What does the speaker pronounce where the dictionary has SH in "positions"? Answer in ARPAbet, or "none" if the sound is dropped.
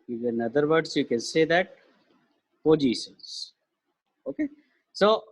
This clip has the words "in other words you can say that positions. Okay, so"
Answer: S